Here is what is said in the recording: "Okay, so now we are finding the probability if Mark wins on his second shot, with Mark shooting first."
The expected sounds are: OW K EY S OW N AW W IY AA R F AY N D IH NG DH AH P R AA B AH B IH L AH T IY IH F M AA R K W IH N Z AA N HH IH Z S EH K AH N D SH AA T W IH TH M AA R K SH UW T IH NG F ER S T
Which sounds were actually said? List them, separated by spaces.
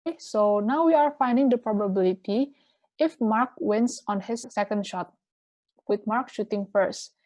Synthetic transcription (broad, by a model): S OW N AW W IY AA R F AY N D IH NG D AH P R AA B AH B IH L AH T IY IH F M AA R K W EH N S AA N HH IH S EH K AH N D SH AA T W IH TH M AA R K SH UW T IH NG F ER S T